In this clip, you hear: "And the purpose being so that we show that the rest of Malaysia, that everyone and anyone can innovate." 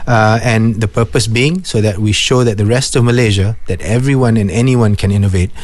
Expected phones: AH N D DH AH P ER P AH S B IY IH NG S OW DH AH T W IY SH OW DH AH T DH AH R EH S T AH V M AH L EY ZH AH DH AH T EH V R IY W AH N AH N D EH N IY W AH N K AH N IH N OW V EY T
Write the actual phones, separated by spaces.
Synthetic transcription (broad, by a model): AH N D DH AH P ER P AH S B IY IH NG S OW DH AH T W IY SH OW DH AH T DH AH R EH S T AH V M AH L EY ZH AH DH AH T EH V R IY W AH N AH N EH N IY W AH N K AH N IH N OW V EY T